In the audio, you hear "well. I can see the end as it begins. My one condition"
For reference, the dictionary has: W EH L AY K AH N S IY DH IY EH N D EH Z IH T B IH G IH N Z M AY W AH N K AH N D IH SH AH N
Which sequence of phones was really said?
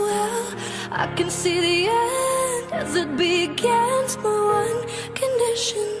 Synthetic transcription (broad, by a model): W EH L AY K AH N S IY DH IY EH N D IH Z IH T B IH G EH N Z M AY W AH N K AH N D IH SH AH N